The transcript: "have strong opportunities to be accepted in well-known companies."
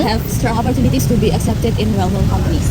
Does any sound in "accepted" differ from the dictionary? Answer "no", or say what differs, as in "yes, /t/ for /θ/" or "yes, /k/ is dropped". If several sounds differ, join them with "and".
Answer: no